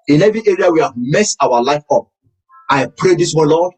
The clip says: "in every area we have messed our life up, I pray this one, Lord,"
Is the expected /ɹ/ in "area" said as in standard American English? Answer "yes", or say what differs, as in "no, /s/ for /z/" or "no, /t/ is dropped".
yes